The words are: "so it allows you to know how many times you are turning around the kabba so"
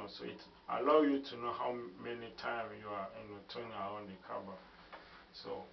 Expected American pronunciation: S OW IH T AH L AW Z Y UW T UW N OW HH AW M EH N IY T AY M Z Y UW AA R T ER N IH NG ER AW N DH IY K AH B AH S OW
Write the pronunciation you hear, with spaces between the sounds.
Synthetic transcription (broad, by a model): S OW IH T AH L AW Y UW T UW N OW HH AW M EH N IY T AY M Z Y UW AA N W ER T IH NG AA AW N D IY K AH B AH S OW